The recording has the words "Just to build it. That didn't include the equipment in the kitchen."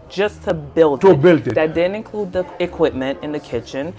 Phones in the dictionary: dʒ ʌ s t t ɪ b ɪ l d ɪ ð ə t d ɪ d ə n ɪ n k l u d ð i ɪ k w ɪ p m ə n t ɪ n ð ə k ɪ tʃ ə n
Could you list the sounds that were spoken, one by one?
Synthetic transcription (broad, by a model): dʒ ʌ s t t ɪ b ɪ l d ɪ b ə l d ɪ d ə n ɪ n k l u d ð i ɪ k w ɪ p m ə n t ɪ n ð ə k ɪ tʃ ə n